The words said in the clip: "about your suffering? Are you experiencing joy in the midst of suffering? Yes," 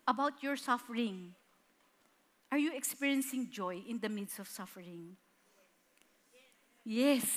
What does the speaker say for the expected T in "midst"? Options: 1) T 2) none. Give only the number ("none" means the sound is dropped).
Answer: 2